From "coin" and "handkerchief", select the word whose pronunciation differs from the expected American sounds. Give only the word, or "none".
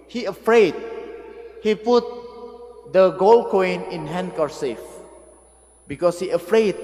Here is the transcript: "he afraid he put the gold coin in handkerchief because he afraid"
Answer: handkerchief